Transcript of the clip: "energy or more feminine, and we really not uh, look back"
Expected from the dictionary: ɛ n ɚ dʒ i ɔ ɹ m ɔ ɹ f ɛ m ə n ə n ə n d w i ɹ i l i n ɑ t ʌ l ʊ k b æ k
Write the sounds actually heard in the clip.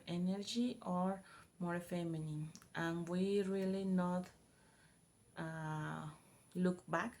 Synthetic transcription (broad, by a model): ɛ n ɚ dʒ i ɔ ɹ m ɔ ɹ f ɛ m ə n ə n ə n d w i ɹ i l i n ɑ t l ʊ k b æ k